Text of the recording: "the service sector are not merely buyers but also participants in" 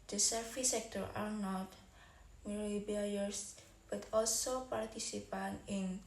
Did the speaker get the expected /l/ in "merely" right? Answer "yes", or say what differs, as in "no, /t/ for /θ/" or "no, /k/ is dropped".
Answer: no, /l/ is dropped